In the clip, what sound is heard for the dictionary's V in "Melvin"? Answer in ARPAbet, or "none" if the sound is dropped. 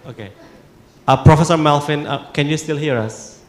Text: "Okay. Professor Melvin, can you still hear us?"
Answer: F